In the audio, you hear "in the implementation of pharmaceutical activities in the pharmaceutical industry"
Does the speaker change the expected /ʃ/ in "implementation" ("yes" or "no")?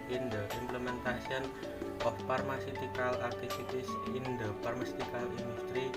yes